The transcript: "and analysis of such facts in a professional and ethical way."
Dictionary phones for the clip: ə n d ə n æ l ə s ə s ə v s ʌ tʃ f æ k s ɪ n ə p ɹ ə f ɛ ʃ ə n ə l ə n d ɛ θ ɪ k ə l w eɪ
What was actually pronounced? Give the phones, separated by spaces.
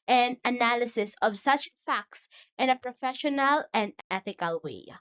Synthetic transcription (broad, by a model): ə n ə n æ l ə s ə s ə v s ʌ tʃ f æ k s ɪ n ə p ɹ ə f ɛ ʃ ə n ə l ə n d ɛ θ ɪ k ə l w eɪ